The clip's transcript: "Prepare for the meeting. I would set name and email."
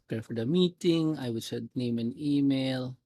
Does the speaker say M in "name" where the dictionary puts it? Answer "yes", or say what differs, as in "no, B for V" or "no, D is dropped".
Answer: yes